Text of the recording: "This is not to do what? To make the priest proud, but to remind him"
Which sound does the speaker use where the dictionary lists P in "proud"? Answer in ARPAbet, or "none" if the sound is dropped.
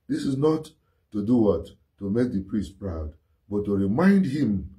P